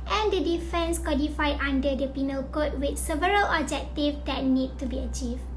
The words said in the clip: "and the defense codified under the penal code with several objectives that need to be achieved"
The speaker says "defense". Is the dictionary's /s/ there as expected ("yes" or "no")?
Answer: yes